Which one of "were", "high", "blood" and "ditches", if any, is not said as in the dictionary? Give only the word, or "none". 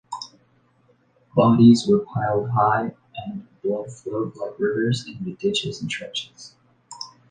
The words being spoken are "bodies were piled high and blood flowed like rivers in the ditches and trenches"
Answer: blood